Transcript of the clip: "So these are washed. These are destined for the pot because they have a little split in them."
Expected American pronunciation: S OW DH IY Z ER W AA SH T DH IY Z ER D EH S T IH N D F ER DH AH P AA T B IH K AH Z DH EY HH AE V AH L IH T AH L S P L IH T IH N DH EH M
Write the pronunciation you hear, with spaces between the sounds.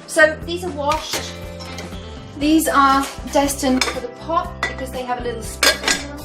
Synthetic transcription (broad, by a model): S OW DH IY Z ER W AA SH T DH IY Z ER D EH S T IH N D F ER DH AH P AA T B IH K AH Z DH EY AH V AH L IH T L S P IH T